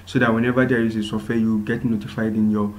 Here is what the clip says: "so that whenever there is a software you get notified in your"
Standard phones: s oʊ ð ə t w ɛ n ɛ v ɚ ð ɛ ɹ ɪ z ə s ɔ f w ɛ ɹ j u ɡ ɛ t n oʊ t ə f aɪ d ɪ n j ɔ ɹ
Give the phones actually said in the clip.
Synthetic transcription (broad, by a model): s oʊ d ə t w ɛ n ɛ v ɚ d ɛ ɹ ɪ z ə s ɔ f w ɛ j u ɡ ɛ t n oʊ t ə f aɪ d ɪ n j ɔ